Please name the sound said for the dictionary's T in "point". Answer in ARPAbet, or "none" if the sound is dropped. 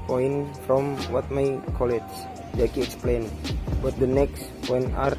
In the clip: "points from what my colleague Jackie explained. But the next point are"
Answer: none